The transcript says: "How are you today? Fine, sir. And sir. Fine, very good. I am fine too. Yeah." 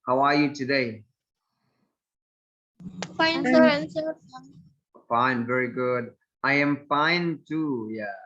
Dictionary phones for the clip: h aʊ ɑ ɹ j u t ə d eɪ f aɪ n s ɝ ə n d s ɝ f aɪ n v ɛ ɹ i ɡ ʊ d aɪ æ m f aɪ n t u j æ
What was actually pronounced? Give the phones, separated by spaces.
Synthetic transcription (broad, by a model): h aʊ ɑ ɹ j u t ə d eɪ f aɪ n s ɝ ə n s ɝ f aɪ n v ɛ ɹ i ɡ ʊ d aɪ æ m f aɪ n t u j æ